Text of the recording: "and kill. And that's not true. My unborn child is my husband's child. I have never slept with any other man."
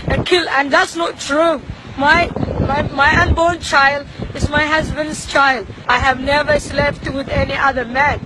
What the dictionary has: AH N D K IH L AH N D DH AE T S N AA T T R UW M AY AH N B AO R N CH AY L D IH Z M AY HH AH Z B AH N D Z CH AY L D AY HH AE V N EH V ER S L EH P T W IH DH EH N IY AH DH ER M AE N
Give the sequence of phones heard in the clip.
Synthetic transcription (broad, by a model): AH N K IH L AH N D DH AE T S N AA T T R UW M AY AH N B AO R N CH AY L D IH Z M AY HH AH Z B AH N D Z CH AY L D AY HH AE V N EH V ER S L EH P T W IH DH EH N IY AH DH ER M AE N